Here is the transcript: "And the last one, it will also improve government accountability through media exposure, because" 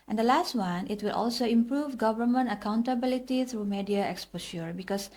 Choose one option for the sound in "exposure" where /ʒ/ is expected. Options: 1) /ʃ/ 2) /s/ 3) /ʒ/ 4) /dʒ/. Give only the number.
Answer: 1